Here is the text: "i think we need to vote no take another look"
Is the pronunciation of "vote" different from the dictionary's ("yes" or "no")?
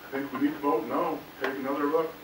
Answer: yes